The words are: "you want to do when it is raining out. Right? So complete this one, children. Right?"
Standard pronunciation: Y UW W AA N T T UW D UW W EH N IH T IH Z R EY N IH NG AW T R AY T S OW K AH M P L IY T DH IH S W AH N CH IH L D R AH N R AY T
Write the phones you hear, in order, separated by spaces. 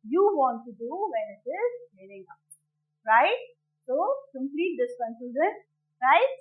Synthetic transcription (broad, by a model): Y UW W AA N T T UW D UW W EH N IH T IH Z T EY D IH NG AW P R AY T S OW K AH M P L IY T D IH S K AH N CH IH D AH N R AY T